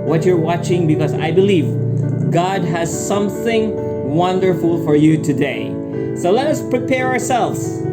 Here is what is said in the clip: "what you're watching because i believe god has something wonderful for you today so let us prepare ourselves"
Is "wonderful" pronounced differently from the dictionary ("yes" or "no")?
no